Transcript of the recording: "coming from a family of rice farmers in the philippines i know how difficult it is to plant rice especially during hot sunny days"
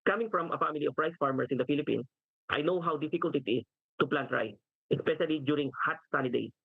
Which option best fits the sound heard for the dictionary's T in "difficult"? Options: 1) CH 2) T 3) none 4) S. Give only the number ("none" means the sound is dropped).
2